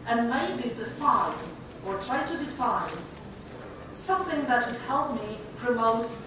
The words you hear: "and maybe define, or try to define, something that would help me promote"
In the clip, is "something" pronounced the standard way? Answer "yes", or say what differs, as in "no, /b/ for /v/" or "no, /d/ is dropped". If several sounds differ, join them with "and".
yes